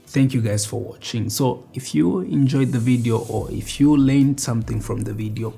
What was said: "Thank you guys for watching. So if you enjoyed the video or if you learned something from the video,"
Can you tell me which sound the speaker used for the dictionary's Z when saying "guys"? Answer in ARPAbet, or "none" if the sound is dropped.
S